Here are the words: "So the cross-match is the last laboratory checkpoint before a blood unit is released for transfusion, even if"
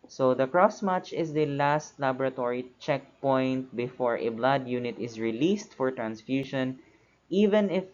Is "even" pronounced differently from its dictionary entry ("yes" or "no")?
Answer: no